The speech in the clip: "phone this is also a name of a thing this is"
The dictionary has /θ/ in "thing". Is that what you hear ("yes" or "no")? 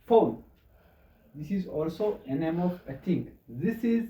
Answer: no